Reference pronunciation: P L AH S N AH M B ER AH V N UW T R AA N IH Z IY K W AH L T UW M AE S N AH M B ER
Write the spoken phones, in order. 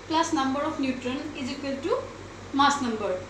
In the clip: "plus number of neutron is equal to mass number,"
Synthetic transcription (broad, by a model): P L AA S N AH M B ER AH P N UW T R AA N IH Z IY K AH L T UW M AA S N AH M B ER